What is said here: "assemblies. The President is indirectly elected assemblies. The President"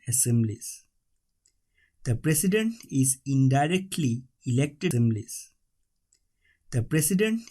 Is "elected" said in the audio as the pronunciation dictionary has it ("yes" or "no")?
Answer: no